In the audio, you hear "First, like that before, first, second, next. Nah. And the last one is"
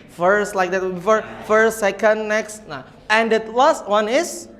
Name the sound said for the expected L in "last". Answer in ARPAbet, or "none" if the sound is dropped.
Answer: W